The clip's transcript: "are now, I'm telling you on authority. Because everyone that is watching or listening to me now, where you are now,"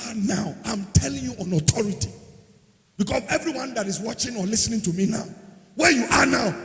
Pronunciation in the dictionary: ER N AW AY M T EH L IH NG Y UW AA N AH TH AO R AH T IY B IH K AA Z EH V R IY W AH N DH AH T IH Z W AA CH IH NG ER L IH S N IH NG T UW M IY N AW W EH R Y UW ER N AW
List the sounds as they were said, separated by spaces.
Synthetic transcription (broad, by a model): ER N AW AY M T EH L IH NG Y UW AA N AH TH AO R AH T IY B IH K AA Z EH V R IY W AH N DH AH T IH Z W AA CH IH NG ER L IH S N IH NG T UW M IY N AW W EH Y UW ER N AW